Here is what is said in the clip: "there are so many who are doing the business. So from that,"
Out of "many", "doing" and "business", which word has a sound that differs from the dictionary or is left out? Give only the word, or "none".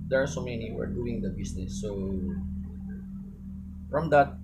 business